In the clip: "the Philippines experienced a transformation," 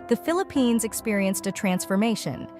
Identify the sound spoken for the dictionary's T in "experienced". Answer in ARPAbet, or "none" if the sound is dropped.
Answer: T